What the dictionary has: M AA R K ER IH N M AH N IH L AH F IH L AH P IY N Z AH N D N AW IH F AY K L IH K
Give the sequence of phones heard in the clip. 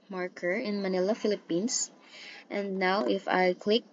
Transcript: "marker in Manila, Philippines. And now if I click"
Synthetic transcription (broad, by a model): M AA R K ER IH N M AH N IH L AH F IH L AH P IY N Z AH N D N AW IH F AY K L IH K